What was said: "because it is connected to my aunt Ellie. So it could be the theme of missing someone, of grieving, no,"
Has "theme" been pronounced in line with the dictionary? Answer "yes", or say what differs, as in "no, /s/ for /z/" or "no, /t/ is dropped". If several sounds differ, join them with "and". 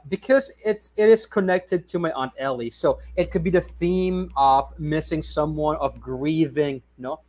yes